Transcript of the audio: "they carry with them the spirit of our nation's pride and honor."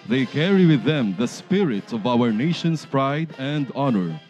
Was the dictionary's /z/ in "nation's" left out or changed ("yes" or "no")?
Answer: yes